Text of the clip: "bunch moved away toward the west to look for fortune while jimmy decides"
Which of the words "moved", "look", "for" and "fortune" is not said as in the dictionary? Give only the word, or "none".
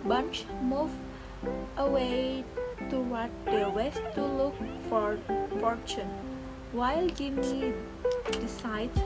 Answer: moved